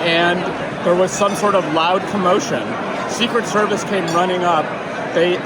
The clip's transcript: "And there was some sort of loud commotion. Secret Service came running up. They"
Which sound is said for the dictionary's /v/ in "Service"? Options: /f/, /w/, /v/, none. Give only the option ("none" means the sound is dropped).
/v/